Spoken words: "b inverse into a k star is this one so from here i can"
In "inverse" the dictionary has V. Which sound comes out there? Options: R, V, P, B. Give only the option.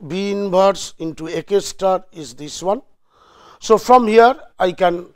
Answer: B